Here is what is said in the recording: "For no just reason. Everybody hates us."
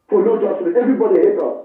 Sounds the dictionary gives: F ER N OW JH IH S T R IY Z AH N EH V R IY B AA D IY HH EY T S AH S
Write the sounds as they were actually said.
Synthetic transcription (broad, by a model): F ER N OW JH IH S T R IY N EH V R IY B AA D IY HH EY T AH